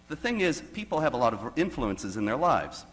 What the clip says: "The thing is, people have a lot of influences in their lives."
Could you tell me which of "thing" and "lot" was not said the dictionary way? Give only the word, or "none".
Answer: none